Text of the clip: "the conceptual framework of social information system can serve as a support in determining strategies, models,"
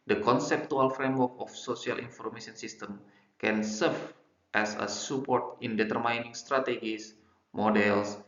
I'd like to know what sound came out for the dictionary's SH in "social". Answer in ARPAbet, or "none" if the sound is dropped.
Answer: S